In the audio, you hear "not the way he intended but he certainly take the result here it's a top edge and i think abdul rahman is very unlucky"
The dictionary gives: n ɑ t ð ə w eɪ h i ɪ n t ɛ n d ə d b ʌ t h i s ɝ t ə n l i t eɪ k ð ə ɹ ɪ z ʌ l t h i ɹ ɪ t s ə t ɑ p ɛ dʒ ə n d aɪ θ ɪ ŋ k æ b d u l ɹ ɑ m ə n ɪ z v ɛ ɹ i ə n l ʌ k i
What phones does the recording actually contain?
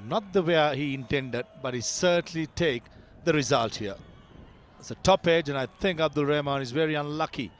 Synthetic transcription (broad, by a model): n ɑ t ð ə w eɪ h i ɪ n t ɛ n d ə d b ʌ t h i s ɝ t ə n l i t eɪ k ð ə ɹ ɪ z ʌ l t h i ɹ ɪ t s ə t ɑ p ɛ dʒ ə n aɪ θ ɪ ŋ k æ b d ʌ l ɹ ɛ m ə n ɪ z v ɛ ɹ i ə n l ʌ k i